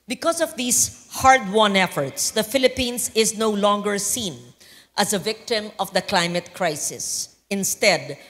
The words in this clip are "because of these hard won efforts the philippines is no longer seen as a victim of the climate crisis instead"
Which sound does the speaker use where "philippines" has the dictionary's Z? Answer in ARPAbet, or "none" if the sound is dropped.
S